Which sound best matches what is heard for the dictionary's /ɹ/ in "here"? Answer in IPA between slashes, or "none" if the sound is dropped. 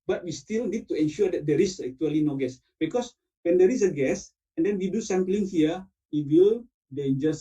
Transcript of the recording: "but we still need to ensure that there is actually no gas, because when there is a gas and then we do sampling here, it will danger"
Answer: /w/